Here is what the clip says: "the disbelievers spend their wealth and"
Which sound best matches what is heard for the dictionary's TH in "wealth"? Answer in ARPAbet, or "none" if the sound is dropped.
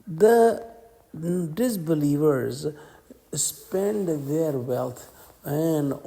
T